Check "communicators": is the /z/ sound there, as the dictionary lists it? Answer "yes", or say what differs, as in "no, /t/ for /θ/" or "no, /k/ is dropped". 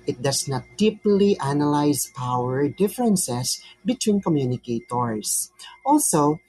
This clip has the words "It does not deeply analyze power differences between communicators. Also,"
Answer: no, /s/ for /z/